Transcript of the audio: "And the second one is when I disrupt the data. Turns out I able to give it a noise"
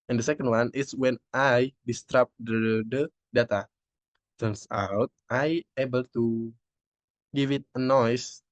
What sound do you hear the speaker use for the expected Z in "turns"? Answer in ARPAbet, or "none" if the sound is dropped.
S